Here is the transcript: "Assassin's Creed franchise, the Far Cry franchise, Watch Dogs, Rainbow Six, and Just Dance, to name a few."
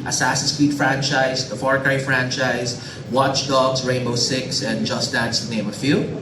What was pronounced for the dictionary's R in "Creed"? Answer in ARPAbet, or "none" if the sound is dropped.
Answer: W